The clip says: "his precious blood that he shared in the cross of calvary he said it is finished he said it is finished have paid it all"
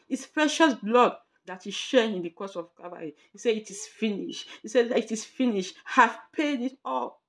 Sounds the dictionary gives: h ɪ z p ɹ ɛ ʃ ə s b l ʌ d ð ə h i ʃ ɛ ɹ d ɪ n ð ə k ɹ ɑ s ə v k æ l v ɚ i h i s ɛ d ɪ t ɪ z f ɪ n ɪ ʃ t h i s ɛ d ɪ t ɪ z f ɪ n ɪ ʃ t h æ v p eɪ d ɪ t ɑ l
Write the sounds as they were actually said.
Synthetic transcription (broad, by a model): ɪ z p ɹ ɛ ʃ ə s b l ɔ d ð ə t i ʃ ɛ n ɪ n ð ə k ɑ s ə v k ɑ v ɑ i h i s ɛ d ɪ t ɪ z f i n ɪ ʃ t h i s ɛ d ɪ t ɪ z f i n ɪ ʃ t h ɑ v p eɪ d ɪ t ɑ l